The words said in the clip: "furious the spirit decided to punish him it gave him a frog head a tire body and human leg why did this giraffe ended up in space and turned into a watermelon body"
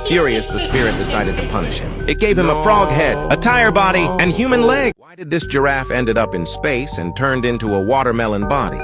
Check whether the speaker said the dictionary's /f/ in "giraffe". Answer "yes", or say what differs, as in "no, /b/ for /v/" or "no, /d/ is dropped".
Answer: yes